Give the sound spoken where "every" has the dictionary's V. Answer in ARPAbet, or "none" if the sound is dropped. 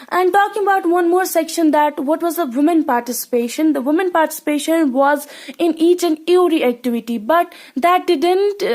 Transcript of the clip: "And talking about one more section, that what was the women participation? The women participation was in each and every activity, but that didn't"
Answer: none